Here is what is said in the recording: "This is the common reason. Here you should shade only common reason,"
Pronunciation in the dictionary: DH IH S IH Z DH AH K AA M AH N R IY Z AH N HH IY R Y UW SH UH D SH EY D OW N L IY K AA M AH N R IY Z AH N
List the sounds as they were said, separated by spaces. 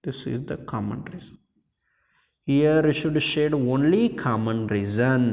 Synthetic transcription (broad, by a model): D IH S IH Z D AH K AA M AH N R IY Z AH N HH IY R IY SH UH D SH EY D OW N L IY K AA M AH N R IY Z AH N